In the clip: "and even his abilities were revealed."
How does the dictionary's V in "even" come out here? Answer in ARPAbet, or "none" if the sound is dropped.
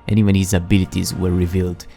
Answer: W